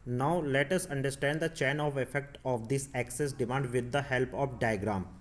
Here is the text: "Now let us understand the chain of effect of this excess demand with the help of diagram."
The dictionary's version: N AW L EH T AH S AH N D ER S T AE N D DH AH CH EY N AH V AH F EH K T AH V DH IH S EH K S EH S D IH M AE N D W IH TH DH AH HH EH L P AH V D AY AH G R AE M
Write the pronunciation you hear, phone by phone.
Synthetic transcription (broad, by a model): N AW L EH T AH S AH N D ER S T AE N D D AH CH EY N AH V AH F EH K T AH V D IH S EH K S EH S D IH M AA N D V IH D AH HH EH L P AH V D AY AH G R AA M